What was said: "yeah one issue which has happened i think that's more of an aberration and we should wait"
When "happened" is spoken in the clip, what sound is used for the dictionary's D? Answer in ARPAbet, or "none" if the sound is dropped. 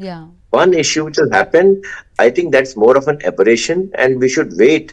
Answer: none